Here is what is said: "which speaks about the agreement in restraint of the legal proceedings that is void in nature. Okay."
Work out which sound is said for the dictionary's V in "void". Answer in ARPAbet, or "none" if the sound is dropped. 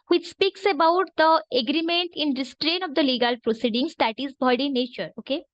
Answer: B